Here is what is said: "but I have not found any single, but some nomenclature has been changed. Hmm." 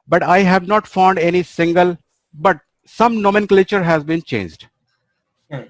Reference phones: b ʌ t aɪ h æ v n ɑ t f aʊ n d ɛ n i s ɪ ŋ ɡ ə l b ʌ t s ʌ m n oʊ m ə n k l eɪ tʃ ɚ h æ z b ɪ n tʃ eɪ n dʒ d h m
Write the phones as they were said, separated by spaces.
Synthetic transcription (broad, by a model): b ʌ t aɪ h æ v n ɑ t f aʊ n d ɛ n i s ɪ ŋ ɡ ə l b ʌ t s ʌ m n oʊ m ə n k l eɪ tʃ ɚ h æ z b ɪ n tʃ eɪ n dʒ d